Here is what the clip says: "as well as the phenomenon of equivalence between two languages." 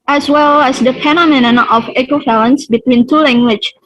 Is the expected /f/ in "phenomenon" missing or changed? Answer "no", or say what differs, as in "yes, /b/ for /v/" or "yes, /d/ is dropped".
yes, /p/ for /f/